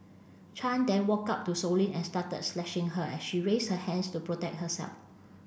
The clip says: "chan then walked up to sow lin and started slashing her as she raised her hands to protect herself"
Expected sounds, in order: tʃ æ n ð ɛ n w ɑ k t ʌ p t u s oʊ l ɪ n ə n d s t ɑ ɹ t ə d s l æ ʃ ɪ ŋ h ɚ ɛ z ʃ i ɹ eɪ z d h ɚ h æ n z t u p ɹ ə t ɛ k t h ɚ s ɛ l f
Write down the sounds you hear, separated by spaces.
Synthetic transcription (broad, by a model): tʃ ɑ n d ɛ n w ɑ k ɑ p t u s oʊ l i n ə n s t ɑ t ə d s l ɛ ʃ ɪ ŋ h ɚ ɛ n ʃ i ɹ eɪ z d h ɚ h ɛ n s t u p ɹ ə t ɛ k t h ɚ s ɛ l f